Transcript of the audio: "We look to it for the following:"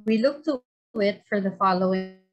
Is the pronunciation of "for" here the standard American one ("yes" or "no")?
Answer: yes